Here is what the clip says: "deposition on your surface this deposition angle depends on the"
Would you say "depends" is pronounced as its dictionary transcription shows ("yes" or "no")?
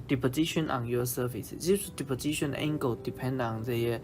no